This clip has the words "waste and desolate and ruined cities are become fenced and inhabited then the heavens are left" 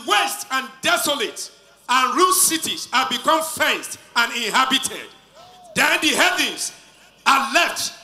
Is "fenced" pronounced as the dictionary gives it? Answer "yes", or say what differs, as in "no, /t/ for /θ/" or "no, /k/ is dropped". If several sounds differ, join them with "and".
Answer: yes